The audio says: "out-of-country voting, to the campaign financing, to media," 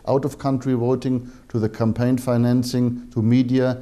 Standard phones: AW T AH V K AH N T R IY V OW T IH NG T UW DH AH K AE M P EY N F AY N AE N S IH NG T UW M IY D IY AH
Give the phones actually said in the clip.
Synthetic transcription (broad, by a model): AW T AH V K AH N T R IY W OW T IH NG T UW DH AH K AE M P EY N F AY N AE N S IH NG T UW M IY D IY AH